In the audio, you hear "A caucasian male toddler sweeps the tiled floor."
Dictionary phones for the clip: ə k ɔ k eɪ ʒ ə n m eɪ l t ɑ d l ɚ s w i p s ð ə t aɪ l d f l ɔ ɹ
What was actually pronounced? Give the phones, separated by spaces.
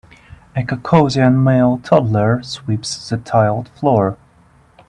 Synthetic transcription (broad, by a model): ə k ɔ k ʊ z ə n m eɪ l t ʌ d l ɚ s w i p s ð ə t aɪ l d f l ɔ ɹ